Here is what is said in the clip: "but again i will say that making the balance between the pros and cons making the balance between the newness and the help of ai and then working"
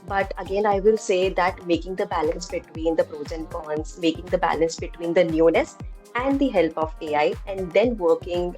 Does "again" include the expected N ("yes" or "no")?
yes